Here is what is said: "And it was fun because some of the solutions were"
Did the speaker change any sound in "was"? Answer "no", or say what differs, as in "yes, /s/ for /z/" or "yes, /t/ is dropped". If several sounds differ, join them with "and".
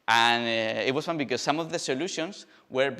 yes, /s/ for /z/